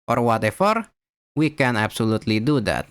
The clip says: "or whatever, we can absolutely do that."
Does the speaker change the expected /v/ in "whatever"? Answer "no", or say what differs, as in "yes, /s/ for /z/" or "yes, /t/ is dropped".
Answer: yes, /f/ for /v/